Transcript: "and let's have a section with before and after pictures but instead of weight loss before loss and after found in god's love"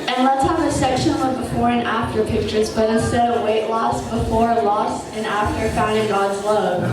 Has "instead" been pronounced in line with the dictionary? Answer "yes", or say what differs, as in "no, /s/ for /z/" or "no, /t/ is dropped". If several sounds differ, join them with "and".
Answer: no, /n/ is dropped